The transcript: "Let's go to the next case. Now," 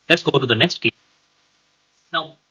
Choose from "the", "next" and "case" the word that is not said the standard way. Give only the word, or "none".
case